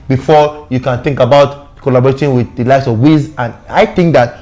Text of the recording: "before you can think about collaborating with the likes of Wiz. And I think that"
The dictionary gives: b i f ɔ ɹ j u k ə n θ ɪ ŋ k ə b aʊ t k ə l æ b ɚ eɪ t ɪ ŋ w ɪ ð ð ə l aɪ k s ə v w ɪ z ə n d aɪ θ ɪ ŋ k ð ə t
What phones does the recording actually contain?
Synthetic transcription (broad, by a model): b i f ɔ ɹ j u k ə n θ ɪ ŋ k ə b aʊ t k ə l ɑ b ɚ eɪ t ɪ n w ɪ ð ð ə l aɪ s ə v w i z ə n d aɪ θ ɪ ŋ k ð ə t